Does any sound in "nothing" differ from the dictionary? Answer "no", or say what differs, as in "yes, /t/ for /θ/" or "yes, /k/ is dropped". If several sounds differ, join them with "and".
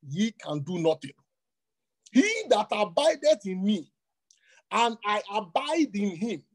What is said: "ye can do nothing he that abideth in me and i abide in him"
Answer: yes, /t/ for /θ/